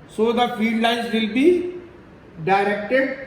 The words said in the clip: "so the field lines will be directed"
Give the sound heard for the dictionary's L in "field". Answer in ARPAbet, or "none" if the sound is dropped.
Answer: none